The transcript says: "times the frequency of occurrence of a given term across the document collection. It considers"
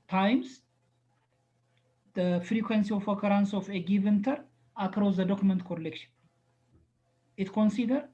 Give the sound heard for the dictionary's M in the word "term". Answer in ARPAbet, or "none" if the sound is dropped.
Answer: none